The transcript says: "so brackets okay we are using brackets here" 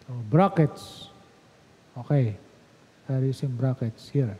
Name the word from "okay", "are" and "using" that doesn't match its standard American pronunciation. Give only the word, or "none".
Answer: using